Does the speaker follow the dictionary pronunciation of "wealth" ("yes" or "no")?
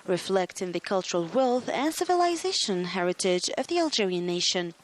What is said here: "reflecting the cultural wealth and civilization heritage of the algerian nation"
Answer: yes